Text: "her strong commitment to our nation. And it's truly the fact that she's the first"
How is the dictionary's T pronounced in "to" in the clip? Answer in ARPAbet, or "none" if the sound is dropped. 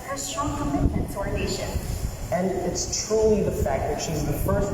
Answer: S